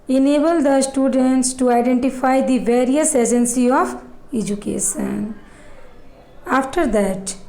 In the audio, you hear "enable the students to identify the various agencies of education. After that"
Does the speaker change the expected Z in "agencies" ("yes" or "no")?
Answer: yes